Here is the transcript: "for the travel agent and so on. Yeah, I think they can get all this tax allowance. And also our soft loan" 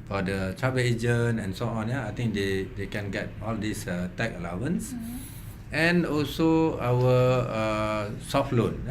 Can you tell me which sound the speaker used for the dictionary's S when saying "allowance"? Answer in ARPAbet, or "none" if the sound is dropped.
S